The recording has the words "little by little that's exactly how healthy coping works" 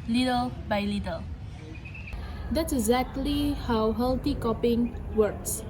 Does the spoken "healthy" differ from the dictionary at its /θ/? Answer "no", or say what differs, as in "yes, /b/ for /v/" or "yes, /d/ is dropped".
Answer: yes, /t/ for /θ/